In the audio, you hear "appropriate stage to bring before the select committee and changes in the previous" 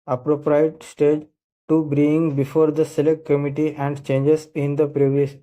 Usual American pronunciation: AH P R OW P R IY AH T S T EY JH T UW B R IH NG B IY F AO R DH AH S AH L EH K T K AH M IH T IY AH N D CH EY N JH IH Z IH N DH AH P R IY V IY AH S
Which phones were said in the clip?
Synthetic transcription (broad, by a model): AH P R OW P R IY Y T S T EY JH T UW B R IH NG B IY F AO R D AH S AH L EH K T K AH M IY T IY AH N D CH EY N JH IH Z IH N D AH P R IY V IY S